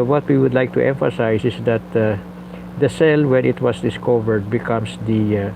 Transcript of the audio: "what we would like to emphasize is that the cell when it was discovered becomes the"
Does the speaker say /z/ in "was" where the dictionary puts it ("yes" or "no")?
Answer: no